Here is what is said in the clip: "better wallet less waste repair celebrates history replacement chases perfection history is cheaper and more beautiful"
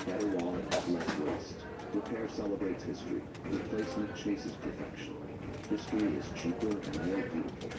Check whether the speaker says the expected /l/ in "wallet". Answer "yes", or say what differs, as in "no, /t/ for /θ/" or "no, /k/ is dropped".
no, /n/ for /l/